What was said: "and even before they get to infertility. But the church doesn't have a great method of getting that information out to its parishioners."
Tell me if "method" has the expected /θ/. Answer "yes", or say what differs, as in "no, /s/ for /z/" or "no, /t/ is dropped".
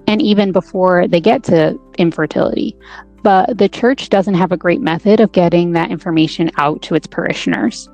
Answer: yes